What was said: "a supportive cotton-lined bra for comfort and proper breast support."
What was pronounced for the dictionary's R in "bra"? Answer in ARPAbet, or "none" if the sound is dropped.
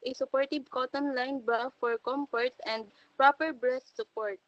none